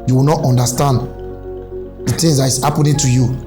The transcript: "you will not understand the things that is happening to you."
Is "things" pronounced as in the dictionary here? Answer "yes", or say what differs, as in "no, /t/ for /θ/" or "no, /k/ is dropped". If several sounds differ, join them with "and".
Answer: no, /t/ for /θ/